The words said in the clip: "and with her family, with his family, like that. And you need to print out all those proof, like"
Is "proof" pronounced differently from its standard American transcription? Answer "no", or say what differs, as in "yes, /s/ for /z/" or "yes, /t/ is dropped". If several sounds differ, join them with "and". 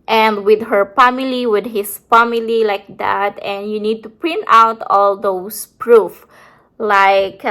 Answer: no